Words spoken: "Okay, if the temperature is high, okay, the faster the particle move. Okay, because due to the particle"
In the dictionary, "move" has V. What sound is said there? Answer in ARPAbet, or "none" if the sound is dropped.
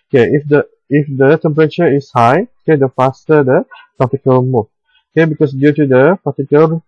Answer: none